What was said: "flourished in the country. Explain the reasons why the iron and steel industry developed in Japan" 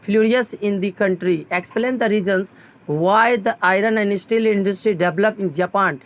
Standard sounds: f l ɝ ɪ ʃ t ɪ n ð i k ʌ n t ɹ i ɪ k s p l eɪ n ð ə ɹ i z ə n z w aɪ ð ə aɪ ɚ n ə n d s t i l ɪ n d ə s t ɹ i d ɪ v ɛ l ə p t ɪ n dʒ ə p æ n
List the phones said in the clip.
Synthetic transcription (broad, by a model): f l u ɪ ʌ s ɪ n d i k ʌ n t ɹ i ɪ k s p l eɪ n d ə ɹ i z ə n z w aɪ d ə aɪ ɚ n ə n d s t i l ɪ n d ə s t ɹ i d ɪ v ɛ l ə p ɪ n dʒ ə p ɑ n